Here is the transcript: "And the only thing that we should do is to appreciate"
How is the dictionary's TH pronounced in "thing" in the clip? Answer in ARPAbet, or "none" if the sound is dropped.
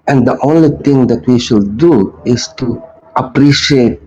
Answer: T